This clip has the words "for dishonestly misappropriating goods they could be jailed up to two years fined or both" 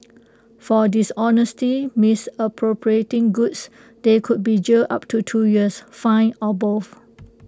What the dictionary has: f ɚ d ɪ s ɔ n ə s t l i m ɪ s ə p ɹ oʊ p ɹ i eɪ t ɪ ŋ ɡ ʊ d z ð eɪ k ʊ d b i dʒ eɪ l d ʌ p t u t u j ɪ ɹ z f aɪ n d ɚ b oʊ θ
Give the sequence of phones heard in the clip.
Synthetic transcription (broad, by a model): f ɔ d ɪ s ɔ n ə s t i m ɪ s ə p ɹ oʊ p ɹ i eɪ t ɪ ŋ ɡ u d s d eɪ k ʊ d b i dʒ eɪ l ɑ p t u t u j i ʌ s f aɪ n ɔ b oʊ f